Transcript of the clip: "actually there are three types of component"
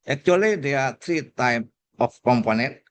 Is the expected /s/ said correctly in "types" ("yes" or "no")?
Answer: no